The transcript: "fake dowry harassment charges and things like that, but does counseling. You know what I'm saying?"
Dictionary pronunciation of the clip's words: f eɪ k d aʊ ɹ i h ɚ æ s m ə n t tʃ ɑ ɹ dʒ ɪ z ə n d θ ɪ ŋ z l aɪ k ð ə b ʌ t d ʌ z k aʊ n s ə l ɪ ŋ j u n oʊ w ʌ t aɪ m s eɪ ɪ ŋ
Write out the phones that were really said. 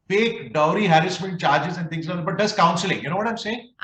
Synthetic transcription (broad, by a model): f eɪ k d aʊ ɹ i h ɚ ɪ s m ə n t tʃ ɑ ɹ dʒ ɪ z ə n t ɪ ŋ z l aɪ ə b ʌ t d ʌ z k aʊ n s ə l ɪ ŋ j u n oʊ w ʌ t aɪ m s eɪ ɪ ŋ